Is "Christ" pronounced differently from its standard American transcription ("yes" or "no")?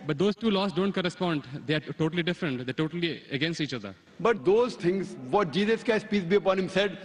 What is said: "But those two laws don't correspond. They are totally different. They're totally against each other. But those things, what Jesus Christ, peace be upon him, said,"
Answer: yes